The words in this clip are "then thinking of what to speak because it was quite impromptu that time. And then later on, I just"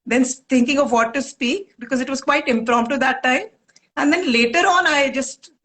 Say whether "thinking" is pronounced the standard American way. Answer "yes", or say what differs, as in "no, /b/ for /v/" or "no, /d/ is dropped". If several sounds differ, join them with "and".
no, /t/ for /θ/